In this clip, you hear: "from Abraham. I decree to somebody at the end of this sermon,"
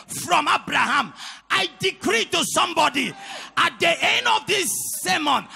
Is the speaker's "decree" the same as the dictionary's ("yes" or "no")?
yes